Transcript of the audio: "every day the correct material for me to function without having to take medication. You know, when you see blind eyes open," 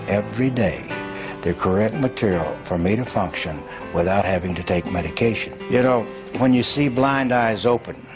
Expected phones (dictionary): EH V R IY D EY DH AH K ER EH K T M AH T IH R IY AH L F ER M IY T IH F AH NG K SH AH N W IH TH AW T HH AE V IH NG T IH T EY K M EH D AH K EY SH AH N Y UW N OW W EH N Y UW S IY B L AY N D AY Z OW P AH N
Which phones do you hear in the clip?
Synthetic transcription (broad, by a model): EH V R IY D EY DH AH K ER EH K T M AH T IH R IY L F ER M IY T IH F AH NG K SH AH N W IH TH AW T HH AE V IH NG T IH T EY K M EH D AH K EY SH AH N Y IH N OW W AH N Y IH S IY B L AY N D AY Z OW P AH N